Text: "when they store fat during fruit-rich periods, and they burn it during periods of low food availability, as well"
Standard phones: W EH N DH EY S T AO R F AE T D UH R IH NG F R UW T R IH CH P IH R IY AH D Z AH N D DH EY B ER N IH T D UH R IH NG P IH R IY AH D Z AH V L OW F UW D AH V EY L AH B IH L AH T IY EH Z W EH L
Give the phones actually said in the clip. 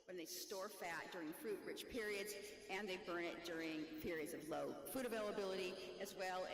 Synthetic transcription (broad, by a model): W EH N DH EY S T AO R F AE T D UH R IH NG F R UW T R IH CH P IH R IY AH D Z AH N DH EY B ER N IH T D UH R IH NG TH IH R IY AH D Z AH V L OW F UW D AH V EY L AH B IH L AH T IY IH Z W EH L